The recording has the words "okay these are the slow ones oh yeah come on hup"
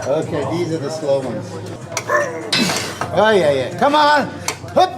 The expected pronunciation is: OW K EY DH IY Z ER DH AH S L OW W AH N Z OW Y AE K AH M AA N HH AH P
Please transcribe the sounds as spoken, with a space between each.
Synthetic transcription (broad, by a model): OW K EY DH IY Z ER DH AH S L OW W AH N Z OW Y AE K AH M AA N HH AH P